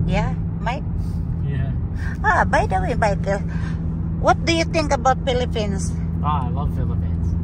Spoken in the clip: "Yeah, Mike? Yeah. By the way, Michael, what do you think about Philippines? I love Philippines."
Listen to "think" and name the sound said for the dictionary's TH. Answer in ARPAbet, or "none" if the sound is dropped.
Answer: T